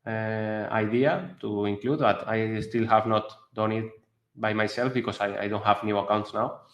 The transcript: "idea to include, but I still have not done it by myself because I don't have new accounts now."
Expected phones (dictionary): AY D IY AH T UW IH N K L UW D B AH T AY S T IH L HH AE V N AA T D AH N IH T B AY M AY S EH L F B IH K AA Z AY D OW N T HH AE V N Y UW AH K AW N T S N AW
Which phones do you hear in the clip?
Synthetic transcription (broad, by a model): AY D IY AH T UW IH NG K L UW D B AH T AY S T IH L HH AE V N AA T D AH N IH T B AY M AY S EH L F B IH K AA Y AY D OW N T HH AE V N Y UW AH K AW N T S N AW